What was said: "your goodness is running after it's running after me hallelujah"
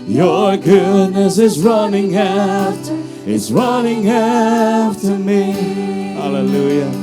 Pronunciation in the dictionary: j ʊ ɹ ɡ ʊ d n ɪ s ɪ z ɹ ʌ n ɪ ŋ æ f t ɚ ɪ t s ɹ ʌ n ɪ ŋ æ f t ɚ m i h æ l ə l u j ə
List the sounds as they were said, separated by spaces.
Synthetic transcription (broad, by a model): j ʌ ɹ ɡ ʊ d n ɪ s ɪ z ɹ ʌ n ɪ ŋ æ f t ɪ t s ɹ ʌ n ɪ ŋ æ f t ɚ m i h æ l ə l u j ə